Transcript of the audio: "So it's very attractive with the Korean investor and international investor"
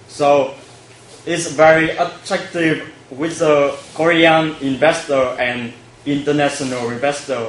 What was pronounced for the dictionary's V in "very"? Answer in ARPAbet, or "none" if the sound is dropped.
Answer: V